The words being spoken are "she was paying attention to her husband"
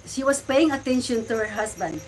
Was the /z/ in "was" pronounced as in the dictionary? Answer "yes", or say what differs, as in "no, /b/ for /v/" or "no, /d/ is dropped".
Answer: no, /s/ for /z/